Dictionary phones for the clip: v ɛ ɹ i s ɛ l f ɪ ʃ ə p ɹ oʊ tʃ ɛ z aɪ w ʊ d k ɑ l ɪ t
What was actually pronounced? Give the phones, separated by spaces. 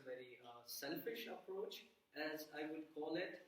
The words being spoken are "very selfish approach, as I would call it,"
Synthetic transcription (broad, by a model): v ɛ ɹ i s ɛ l f ɪ ʃ ə p ɹ oʊ tʃ ɛ z aɪ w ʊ d k ɑ l ɪ t